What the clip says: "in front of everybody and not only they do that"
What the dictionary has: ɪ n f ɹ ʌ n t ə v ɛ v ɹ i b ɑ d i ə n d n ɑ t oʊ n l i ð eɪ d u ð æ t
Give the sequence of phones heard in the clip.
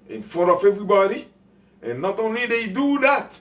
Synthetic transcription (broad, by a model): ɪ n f ɔ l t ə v ɛ v ɹ i b ɑ d i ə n n ɑ t oʊ n l i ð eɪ d u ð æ t